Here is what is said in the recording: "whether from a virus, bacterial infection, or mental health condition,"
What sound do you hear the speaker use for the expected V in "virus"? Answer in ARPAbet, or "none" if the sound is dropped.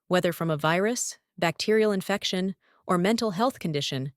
V